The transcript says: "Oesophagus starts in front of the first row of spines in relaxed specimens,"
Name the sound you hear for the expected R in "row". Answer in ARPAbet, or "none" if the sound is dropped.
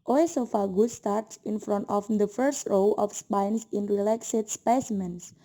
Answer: R